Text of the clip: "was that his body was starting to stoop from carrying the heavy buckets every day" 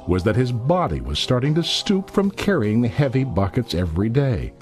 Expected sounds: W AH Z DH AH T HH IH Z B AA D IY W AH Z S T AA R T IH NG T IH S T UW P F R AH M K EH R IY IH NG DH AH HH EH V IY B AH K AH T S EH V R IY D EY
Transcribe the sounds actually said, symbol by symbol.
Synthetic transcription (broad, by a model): W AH Z DH AH T HH IH Z B AA D IY W AH Z S T AA R T IH NG T IH S T UW P F R AH M K EH R IY IH NG DH AH HH EH V IY B AH K AH T S EH V R IY D EY